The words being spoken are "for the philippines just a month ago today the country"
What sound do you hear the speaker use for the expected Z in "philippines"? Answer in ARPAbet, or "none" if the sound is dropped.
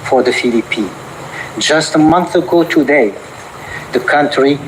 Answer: none